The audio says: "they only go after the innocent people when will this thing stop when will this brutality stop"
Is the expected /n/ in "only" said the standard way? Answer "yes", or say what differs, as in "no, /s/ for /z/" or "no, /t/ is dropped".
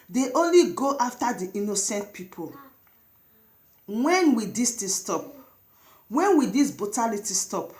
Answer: yes